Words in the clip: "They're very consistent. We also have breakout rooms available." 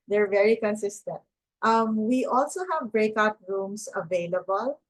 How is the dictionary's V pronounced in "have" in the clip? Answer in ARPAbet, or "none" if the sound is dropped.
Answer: V